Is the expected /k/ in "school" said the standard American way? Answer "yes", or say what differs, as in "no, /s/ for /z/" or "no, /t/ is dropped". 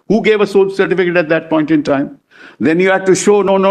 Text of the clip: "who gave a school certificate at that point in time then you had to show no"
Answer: no, /k/ is dropped